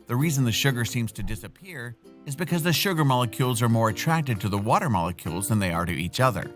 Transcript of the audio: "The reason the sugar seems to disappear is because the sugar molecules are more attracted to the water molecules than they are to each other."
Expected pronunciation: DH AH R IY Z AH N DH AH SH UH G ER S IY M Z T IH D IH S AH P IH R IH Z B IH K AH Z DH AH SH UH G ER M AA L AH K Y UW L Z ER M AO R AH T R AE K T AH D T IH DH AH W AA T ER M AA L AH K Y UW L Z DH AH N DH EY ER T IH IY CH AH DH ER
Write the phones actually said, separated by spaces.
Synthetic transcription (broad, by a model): DH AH R IY Z AH N DH AH SH UH G ER S IY M Z T IH D IH S AH P IH R IH Z B IH K AH Z DH AH SH UH G ER M AA L AH K Y UW L Z ER M AO R AH T R AE K T AH D T IH DH AH W AA T ER M AA L AH K Y UW L Z DH AH N DH EY ER T IH IY CH AH DH ER